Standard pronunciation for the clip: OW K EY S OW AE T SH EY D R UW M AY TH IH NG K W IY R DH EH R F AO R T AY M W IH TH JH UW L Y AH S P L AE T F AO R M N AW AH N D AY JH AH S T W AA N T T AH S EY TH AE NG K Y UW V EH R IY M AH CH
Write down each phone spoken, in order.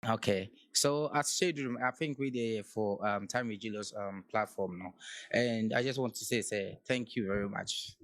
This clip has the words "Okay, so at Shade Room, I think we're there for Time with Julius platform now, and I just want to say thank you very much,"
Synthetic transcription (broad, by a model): OW K EY S OW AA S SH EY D R UW M AY TH IH NG K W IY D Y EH F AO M T AY M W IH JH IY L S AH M P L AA T F AO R M N AW AH N D AY JH AH S T W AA N T S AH S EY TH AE NG K Y UW V EH R IY M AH CH